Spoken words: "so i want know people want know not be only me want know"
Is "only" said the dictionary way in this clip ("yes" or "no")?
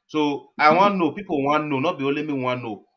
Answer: no